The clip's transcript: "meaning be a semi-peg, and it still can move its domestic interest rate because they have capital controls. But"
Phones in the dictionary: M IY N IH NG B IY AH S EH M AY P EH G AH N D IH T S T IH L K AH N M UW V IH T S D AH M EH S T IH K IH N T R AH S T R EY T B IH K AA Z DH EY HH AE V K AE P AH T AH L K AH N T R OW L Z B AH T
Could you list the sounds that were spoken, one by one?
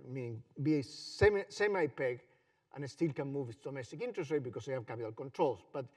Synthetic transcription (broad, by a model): M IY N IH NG B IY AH S EH M AY P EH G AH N IH T S T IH L K AH N M UW V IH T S D AH M EH S T IH K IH N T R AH S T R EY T B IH K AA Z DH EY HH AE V K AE P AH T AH L K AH N T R OW L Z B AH T